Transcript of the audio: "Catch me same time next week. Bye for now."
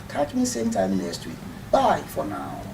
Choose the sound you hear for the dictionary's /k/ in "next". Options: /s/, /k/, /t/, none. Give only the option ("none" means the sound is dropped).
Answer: none